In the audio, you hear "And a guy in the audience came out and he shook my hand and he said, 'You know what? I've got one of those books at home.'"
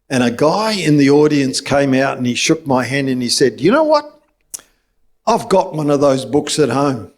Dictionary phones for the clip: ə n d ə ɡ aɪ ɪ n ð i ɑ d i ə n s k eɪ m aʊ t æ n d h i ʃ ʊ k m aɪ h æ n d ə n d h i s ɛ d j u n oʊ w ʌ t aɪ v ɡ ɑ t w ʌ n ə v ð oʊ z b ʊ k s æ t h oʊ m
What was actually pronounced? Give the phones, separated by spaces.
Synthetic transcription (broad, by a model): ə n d ə ɡ aɪ ɪ n ð i ɑ d i ə n s k eɪ m aʊ t n i ʃ ʊ k m aɪ h æ n d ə n i s ɛ d j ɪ n oʊ w ʌ t aɪ v ɡ ɑ t w ʌ n ə v ð oʊ z b ʊ k s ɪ t h oʊ m